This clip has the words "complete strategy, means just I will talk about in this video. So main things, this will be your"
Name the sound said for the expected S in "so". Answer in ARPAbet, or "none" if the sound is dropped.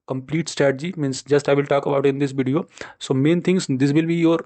S